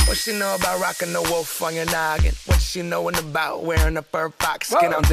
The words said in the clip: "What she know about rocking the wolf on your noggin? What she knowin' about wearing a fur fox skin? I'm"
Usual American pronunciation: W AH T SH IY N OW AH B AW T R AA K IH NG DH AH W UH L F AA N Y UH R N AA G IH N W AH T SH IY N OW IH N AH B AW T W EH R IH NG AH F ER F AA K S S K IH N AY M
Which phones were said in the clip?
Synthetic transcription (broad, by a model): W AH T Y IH N OW AH B AW T R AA K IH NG DH AH W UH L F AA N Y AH R N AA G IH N W AH T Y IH N OW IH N AH B AW T W EH R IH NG AH P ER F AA K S S K IH N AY